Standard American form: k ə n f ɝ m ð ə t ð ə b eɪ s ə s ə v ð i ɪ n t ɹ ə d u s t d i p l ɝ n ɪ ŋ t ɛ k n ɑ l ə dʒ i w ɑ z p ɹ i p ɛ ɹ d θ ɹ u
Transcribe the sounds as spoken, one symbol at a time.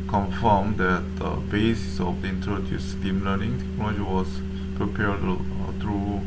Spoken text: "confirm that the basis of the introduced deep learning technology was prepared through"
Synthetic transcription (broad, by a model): k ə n f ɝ m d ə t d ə b eɪ s ə s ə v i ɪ n t ɹ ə d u s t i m l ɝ n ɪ ŋ t ɛ k n ɑ l ə dʒ i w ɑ s p ɹ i p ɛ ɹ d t ɹ u